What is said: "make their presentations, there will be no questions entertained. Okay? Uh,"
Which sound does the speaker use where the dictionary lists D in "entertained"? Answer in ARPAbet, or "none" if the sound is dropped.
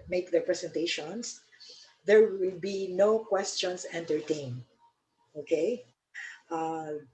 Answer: none